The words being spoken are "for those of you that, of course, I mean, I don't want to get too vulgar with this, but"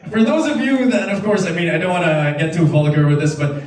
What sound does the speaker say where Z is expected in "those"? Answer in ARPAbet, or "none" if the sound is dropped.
Z